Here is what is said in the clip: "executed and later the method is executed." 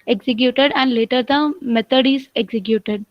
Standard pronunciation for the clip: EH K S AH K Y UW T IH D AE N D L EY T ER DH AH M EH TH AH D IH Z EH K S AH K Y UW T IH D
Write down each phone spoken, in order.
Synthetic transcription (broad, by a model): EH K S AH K Y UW T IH D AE N D L EY T ER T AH M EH T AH D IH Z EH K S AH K Y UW T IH D